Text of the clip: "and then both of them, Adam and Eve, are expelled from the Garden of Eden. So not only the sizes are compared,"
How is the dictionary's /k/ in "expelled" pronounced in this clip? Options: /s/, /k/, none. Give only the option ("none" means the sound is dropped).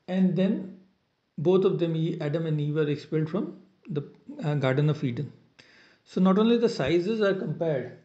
/k/